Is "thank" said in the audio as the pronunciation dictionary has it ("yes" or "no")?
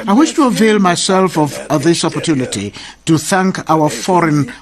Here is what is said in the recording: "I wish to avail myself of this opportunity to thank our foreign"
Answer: yes